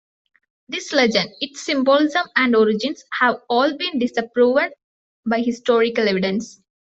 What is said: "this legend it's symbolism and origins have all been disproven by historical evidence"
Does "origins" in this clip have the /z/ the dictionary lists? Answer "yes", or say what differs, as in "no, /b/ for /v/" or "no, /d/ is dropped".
no, /s/ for /z/